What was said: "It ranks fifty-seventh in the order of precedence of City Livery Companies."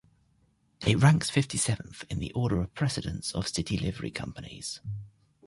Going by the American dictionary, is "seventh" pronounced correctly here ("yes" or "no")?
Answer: yes